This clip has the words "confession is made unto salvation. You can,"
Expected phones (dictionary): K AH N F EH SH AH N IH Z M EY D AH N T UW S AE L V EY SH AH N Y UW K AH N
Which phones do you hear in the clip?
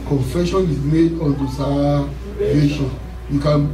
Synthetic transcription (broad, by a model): K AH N F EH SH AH N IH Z M EY D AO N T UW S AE V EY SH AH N Y UW K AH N